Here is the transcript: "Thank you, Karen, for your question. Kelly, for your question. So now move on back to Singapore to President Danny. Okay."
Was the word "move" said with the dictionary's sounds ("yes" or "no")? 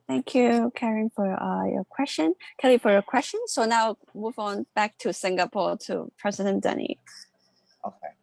yes